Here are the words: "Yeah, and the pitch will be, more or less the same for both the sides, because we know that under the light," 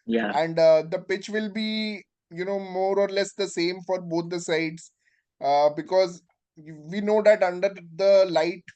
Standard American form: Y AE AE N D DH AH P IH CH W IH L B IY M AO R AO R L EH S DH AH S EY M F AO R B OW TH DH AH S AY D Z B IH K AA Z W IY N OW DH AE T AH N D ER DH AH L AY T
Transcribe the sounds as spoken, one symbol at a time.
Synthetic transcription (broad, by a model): Y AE AE N D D AH P IH CH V IH L B IY M AO R AO R L EH S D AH S EY M F AO R B OW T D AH S AY D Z B IH K AA Z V IY N OW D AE T AH N D ER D AH L AY T